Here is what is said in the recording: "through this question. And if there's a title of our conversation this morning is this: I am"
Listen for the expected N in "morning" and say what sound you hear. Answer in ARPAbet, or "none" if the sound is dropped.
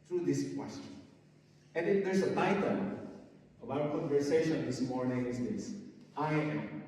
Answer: N